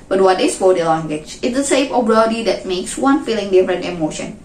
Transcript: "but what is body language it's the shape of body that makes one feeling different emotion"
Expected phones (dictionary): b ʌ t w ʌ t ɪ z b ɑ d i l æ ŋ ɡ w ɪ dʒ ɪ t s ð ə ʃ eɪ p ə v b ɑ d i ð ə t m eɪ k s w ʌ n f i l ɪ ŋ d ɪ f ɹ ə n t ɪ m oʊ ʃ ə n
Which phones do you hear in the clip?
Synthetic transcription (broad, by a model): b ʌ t w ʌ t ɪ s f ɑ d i l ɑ ŋ ɡ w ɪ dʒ ɪ t s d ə s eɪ f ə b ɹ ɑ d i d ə t m eɪ k s w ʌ n f i l ɪ ŋ d ɪ f ɹ ə n t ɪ m oʊ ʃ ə n